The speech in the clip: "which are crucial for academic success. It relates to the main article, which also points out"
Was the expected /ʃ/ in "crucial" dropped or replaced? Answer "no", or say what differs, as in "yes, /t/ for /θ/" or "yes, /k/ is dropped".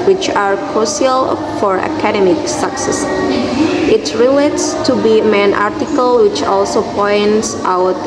yes, /s/ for /ʃ/